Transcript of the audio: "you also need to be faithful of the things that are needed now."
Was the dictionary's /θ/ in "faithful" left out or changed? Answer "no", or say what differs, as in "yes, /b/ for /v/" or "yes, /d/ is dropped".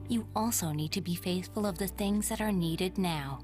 no